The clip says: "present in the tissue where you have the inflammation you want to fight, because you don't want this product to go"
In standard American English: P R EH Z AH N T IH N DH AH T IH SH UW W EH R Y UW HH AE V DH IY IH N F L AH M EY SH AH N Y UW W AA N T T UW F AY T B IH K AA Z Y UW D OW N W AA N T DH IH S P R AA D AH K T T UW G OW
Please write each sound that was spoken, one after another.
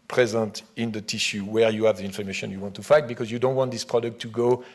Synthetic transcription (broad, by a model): P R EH Z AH N T IH N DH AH T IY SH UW W EH R Y UW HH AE V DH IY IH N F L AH M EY SH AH N Y UW W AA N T T UW F AY T B IH K AA Z Y UW D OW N W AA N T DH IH S P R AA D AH K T T UW G OW